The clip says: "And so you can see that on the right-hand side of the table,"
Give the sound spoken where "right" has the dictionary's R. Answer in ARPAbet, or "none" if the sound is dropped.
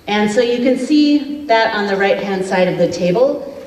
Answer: R